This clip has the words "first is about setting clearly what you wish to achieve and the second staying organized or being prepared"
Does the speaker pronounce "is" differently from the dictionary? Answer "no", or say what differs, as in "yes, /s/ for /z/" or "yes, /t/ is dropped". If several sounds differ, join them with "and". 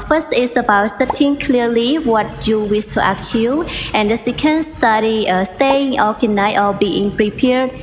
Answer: yes, /s/ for /z/